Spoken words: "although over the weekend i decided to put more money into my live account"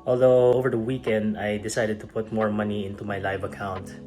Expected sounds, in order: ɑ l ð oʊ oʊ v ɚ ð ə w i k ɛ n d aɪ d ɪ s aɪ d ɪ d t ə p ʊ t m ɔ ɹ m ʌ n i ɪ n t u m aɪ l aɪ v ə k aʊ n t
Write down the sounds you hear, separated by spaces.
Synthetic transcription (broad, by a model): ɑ l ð oʊ oʊ v ɚ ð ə w i k ɛ n d aɪ d ɪ s aɪ d ɪ d t ə p ʊ t m ɔ ɹ m ʌ n i ɪ n t u m aɪ l aɪ v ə k aʊ n t